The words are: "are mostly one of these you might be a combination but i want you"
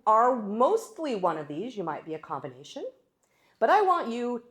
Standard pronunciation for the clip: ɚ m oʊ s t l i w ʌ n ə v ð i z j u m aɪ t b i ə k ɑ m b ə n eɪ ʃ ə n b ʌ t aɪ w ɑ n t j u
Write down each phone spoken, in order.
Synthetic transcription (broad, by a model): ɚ m oʊ s t l i w ʌ n ə v ð i z j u m aɪ t b i ə k ɑ m b ə n eɪ ʃ ə n b ʌ t aɪ w ɑ n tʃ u